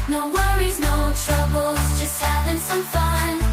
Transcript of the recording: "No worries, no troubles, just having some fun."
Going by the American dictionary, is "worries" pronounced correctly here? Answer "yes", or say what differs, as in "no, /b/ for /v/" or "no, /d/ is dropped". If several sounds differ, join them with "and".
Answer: yes